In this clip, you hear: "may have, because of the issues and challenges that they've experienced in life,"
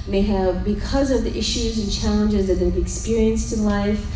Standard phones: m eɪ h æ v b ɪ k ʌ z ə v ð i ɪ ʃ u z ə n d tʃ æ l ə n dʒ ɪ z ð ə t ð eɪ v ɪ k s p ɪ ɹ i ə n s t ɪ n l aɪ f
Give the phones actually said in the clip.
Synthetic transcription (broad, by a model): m eɪ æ v b ɪ k ʌ z ə v ð i ɪ ʃ u z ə n tʃ æ l ə n dʒ ɪ z ð ə t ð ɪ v ɪ k s p ɪ ɹ i ə n s t ɪ n l aɪ f